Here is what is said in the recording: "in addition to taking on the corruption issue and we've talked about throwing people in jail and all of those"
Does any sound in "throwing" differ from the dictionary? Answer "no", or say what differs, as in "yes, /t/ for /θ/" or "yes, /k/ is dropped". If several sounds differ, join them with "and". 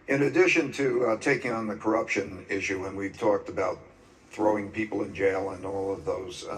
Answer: no